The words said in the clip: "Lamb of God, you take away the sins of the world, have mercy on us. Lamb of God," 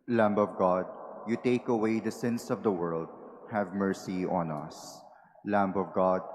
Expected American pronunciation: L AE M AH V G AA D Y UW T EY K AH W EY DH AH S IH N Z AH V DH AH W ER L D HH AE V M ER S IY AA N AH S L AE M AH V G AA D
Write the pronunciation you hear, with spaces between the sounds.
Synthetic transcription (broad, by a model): L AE M AH V G AA D Y UW T EY K AH W EY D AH S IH N S AH V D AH W ER L D HH AE V M ER S IY AA N AH S L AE M AH V G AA D